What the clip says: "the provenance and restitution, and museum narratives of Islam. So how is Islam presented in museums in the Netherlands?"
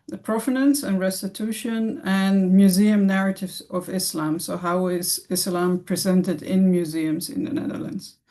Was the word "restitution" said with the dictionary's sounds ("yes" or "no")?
yes